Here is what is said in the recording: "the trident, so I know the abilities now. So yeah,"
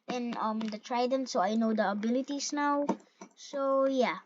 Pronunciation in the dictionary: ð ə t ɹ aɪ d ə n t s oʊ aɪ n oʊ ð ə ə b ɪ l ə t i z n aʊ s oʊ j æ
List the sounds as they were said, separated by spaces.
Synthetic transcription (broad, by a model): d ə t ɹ aɪ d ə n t s oʊ aɪ n oʊ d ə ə b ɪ l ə t i s n aʊ s oʊ j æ